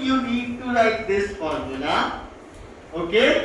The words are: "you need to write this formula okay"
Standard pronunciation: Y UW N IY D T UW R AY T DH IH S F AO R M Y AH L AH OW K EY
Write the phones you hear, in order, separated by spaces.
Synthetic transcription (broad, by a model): Y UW N IY D T UW L AY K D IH S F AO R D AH N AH OW K EY